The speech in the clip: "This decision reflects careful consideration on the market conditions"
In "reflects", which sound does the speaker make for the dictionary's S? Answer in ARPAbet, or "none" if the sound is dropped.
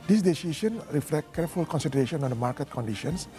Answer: none